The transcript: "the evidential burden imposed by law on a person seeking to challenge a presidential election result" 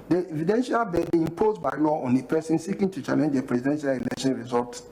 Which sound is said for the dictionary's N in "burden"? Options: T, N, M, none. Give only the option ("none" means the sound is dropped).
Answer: none